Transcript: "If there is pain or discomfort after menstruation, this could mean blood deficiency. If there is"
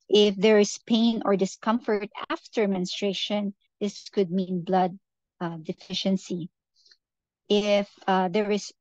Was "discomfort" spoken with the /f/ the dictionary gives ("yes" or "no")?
yes